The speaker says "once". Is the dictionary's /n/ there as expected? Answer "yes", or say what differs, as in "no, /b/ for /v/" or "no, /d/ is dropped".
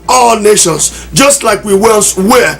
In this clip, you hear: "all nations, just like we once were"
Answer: no, /l/ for /n/